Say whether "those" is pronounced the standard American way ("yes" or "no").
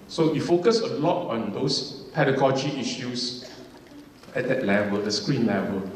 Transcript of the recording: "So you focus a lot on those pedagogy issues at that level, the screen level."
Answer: no